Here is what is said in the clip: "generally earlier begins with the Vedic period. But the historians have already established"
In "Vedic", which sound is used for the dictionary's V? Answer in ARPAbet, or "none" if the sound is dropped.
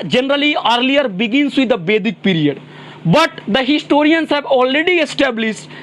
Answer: B